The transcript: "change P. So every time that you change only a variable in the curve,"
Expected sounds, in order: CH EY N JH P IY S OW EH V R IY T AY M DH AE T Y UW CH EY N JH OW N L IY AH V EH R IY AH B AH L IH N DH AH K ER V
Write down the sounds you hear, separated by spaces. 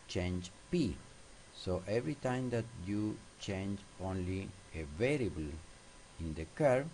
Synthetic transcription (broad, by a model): CH EY N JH P IY S OW EH V R IY T AY M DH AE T Y UW CH EY N JH OW N L IY AH V EH R IY AH B AH L IH N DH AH K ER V